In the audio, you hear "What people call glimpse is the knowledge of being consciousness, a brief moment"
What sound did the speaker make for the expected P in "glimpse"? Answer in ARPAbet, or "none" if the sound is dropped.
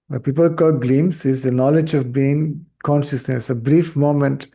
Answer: none